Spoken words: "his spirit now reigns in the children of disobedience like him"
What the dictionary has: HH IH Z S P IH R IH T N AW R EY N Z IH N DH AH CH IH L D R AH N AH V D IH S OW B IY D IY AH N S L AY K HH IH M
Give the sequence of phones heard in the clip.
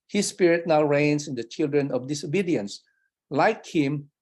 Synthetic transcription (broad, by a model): HH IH S P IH R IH T N AW R EY N S IH N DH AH CH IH L D R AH N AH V D IH S OW B IY D IY AH N S L AY K HH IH M